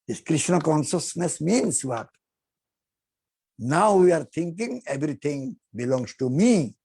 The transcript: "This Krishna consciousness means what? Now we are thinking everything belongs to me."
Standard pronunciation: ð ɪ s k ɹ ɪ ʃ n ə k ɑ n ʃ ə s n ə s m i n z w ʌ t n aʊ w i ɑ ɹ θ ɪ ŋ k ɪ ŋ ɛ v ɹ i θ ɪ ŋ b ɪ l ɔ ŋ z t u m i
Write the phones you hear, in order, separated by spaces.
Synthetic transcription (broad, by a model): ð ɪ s k ɹ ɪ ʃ n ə k ɑ n ʃ ə s n ə s m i n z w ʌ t n aʊ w i ɑ ɹ t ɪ ŋ k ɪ ŋ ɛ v ɹ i t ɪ ŋ b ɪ l ɔ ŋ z t u m i